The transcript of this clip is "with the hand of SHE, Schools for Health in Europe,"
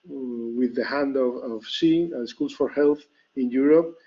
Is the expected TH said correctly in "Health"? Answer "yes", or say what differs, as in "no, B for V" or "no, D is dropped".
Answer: yes